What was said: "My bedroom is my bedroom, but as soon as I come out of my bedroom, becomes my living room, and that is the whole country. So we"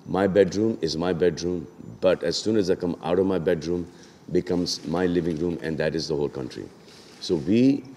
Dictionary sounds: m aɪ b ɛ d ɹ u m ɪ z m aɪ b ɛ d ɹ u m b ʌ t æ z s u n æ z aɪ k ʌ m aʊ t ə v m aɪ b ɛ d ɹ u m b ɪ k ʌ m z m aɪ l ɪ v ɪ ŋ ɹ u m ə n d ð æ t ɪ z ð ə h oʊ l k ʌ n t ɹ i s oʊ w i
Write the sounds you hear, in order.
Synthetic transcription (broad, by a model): m aɪ b ɛ d ɹ u m ɪ z m aɪ b ɛ d ɹ u m b ʌ t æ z s u n æ z aɪ k ʌ m aʊ t ə v m aɪ b ɛ d ɹ u m b ɪ k ʌ m z m aɪ l ɪ v ɪ ŋ ɹ u m ə n d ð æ t ɪ z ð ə h oʊ l k ʌ n t ɹ i s oʊ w i